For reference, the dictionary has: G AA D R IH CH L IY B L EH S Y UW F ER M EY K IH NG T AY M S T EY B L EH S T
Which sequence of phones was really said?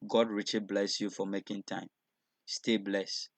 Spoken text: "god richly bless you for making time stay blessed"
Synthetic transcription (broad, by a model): G AA D R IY CH IY B L EH S Y UW F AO M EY K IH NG T AY M S T EY B L EH S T